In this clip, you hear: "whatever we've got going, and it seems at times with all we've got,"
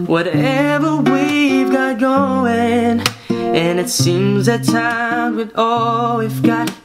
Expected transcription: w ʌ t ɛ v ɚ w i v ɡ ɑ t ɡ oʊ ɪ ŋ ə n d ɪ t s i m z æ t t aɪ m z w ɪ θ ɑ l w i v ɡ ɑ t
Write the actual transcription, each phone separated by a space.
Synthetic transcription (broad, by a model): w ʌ t ɛ v ɚ w i v ɡ ɑ t ɡ oʊ ɪ ŋ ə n ɪ t s i m z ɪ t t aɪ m w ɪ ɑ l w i f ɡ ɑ t